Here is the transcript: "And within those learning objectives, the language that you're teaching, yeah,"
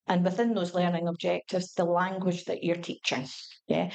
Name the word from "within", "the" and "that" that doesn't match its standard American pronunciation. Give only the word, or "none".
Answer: none